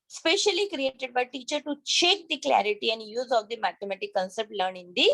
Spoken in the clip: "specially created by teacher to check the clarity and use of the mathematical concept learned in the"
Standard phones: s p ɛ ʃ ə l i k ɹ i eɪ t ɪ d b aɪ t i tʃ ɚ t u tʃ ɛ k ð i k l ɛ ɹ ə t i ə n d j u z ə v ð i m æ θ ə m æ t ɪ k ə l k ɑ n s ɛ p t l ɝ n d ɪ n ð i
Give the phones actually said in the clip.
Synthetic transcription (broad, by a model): s p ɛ ʃ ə l i k ɹ i eɪ t ɪ d b aɪ t i tʃ ɚ t u tʃ ɛ k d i k l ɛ ɹ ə t i ə n d j u z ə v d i m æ t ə m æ t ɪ k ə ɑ n s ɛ p t l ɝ n ɪ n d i